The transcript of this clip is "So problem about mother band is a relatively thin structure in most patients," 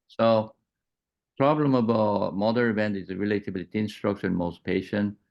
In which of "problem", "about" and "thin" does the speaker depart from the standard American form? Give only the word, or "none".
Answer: thin